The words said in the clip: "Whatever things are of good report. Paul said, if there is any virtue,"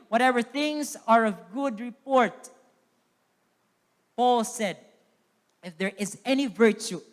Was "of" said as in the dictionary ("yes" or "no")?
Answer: yes